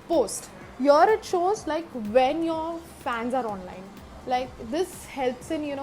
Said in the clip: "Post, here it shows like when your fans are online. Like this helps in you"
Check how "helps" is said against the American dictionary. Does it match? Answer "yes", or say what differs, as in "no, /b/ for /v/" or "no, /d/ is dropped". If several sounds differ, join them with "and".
yes